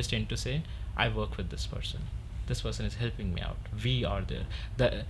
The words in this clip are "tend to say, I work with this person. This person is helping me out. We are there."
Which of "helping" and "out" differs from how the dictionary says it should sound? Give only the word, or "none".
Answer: none